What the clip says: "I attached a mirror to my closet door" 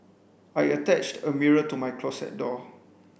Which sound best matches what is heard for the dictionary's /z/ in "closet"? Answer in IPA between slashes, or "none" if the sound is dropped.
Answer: /s/